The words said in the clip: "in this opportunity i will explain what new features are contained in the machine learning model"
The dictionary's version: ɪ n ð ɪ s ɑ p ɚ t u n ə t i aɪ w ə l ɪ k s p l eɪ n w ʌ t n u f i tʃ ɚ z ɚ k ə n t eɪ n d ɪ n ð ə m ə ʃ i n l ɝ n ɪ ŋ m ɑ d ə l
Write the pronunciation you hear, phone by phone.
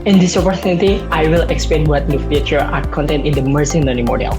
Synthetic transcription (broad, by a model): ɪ n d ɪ s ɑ p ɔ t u n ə t i aɪ w ə l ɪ k s p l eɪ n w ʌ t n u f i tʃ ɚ ɑ k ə n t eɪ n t ɪ n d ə m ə s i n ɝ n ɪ m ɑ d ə l